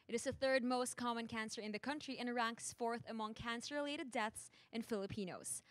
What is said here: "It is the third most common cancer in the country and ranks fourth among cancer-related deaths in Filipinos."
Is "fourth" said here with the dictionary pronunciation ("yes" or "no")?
yes